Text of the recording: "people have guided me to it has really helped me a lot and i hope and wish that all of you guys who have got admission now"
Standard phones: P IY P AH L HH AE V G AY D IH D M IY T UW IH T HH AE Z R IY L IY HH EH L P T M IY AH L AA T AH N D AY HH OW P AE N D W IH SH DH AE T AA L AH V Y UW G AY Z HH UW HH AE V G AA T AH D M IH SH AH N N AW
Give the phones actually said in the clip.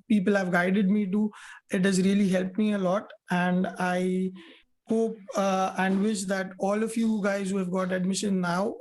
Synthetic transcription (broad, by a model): P IY P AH L HH AE V G AY D IH D M IY T UW IH T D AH Z R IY L IY HH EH L P M IY AH L AA T AH N D AY HH OW P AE N D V IH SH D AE T AA L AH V Y UW G AY Z HH UW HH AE V G AA T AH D M IH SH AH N N AW